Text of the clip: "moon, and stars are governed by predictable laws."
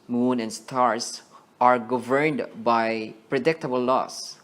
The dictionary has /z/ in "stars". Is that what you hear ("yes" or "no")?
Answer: no